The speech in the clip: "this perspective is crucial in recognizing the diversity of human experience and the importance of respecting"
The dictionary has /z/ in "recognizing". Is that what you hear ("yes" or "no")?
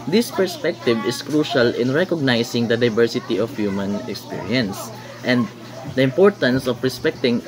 no